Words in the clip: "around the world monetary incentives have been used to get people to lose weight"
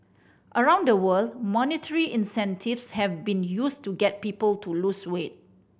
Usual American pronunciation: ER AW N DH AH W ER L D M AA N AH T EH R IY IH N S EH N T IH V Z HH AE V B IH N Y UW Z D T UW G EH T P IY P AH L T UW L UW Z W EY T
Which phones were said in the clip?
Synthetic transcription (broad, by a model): ER AW N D AH W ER L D M AA N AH T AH R IY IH N S EH N T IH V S HH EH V B IH N Y UW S T UW G EH T P IY P AH L T UW L UW S W EY T